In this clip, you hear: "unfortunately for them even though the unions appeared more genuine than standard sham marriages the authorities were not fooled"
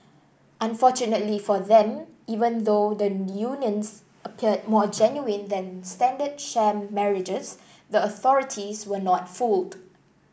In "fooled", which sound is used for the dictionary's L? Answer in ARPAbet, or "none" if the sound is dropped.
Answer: L